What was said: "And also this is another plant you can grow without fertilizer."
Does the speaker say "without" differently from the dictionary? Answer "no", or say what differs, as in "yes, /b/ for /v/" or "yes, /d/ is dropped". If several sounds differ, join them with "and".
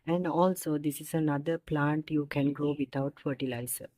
yes, /t/ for /θ/